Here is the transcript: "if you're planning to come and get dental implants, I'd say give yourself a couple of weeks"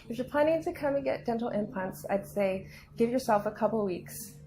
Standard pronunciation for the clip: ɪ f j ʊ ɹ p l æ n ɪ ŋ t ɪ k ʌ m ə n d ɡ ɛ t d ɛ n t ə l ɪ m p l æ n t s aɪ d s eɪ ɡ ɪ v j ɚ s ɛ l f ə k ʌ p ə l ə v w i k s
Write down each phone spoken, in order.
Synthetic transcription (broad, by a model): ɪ f j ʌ ɹ p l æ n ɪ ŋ t ɪ k ʌ m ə n ɡ ɛ t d ɛ n t l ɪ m p æ n t s aɪ d s eɪ ɡ ɪ v j ɚ s ɛ l f ə k ʌ p l w i k s